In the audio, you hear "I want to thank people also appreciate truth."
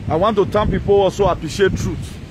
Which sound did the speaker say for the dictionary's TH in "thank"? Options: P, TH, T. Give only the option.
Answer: T